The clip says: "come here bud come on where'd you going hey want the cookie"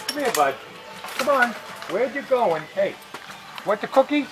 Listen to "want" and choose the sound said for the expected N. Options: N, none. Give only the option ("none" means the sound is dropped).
none